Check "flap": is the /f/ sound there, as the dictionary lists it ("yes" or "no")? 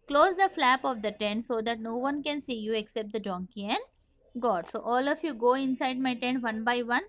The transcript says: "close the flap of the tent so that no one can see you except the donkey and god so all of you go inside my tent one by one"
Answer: yes